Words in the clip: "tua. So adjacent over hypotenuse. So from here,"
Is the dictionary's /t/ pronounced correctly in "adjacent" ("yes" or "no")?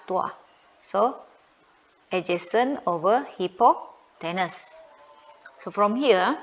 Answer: no